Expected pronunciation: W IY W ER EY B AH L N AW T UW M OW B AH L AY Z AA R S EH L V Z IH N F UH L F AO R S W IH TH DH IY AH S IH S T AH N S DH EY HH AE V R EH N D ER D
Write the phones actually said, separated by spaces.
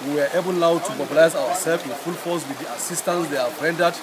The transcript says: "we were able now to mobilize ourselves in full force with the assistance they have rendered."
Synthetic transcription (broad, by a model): W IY W ER EY B AH L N AW T UW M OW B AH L AY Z AA W S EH L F IH N F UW L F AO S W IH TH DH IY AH S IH S T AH N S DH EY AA B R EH N D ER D